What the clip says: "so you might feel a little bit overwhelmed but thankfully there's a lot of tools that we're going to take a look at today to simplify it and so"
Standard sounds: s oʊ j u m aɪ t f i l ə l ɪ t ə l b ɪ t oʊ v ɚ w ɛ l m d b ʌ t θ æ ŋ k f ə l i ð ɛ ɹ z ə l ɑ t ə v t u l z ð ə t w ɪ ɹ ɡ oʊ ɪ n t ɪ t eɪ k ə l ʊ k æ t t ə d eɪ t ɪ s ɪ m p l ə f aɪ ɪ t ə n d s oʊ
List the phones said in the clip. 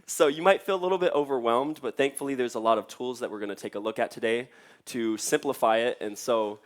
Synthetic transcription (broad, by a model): s oʊ j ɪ m aɪ t f i l ə l ɪ t l b ɪ t oʊ v ɚ w ɛ l m d b ʌ t θ æ ŋ k f l i ð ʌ ɹ z ə l ɑ t ə v t u l z ð ə t w ɪ ɹ ɡ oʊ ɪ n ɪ t eɪ k ə l ʊ k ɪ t t ə d eɪ t ɪ s ɪ m p l ə f aɪ ɪ t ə n s oʊ